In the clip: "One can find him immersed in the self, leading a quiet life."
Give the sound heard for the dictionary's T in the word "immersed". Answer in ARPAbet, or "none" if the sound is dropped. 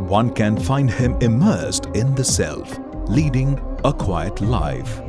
T